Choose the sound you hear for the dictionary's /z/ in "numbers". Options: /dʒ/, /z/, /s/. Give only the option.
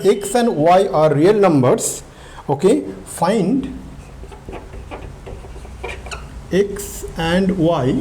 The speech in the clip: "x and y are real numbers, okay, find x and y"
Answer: /s/